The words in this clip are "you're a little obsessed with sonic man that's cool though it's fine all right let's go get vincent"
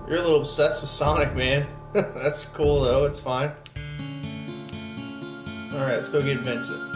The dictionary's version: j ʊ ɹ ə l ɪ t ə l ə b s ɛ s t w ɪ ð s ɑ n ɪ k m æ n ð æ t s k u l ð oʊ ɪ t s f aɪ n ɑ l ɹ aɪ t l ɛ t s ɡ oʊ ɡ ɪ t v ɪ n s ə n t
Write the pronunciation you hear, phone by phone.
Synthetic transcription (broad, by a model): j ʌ ɹ ə l ɪ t l ə b s ɛ s t w ɪ ð s ɑ n ɪ k m æ n ð æ t s k u l ð oʊ ɪ t s f aɪ n ɑ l ɹ aɪ t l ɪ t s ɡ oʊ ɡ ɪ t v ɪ n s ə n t